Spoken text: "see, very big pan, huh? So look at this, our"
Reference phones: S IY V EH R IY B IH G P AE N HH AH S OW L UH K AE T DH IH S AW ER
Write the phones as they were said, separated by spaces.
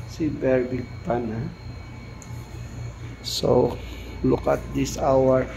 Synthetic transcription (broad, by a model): S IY B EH R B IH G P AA N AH S OW L UH K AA T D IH S AW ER